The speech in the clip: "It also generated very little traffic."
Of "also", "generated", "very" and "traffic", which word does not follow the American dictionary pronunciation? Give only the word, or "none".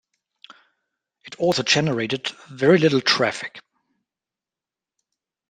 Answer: none